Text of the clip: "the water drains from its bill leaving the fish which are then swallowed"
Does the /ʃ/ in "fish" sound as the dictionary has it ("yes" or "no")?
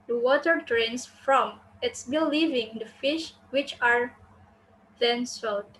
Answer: yes